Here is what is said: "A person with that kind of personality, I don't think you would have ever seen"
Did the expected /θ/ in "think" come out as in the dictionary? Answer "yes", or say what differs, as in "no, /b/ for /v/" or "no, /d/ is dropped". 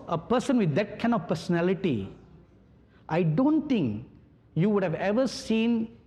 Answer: no, /t/ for /θ/